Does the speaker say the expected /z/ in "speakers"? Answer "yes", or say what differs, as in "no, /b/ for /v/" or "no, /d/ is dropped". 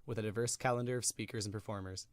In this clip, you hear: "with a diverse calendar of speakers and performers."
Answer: yes